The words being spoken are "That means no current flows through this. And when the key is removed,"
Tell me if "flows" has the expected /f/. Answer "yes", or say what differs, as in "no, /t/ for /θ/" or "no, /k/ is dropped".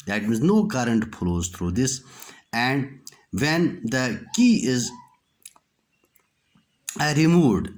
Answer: no, /p/ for /f/